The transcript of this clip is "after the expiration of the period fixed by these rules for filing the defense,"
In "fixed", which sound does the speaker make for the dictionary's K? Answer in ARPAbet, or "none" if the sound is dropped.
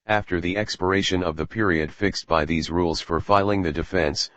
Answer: K